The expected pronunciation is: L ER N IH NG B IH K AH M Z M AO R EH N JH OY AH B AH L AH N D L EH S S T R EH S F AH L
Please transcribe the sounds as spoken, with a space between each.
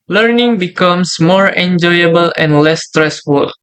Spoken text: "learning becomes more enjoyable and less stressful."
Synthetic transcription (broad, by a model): L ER N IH NG B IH K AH M S M AO R EH N JH OY AH B AH L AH N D L EH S S T R EH S F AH L